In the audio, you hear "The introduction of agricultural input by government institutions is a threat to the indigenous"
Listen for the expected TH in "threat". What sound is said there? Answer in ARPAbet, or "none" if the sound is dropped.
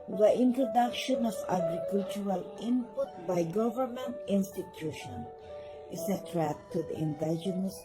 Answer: T